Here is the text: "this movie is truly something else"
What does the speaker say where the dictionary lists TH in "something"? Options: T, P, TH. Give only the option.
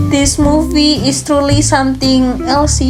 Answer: T